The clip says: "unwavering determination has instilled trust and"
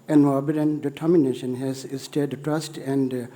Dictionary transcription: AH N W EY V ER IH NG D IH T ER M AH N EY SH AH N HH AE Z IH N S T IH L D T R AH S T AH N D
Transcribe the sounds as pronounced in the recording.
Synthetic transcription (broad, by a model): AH N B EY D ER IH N D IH T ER M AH N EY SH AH N HH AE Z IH S T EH D T R AH S T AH N D